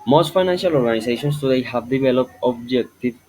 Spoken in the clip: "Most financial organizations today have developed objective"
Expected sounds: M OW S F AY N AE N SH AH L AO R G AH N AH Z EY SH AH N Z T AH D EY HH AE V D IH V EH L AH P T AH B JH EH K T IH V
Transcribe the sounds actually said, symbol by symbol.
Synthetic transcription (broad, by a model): M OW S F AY N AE N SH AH L AO R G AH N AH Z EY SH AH N S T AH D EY HH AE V D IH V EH L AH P AH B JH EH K T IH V